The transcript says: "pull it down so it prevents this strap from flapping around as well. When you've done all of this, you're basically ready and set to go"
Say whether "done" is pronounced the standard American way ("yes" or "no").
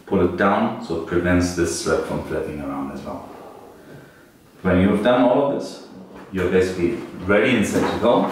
yes